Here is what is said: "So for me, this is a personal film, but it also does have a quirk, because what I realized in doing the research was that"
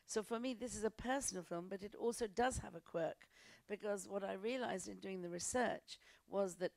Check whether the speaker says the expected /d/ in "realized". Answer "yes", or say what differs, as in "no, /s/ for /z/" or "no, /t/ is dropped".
yes